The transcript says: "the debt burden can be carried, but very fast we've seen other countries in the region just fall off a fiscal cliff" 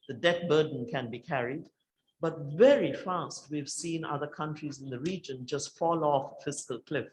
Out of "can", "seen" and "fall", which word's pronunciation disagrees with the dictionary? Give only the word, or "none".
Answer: none